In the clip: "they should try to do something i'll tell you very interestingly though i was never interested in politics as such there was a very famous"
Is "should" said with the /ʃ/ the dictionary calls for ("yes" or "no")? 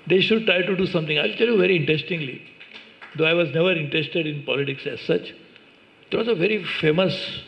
yes